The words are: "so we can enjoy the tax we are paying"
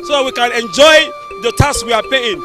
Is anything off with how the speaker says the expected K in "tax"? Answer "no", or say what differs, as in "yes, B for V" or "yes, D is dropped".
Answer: yes, K is dropped